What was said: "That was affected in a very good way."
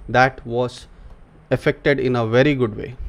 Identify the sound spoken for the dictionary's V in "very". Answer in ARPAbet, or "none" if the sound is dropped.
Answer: V